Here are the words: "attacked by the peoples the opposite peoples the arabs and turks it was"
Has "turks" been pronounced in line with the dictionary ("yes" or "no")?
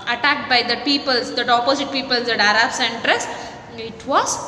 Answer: no